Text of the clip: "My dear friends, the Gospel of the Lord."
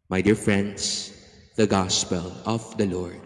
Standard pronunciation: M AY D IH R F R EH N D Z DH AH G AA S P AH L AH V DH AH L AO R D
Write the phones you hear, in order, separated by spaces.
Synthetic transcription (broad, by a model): M AY D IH R F R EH N D S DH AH G AA S P AH L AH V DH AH L AO R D